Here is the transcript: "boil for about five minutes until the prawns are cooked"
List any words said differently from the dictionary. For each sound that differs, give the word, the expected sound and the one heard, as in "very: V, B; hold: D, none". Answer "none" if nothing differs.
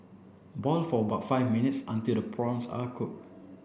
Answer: prawns: Z, S; cooked: T, none